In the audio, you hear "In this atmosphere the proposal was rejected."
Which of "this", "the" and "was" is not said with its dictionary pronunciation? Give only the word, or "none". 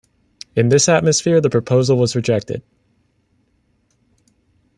none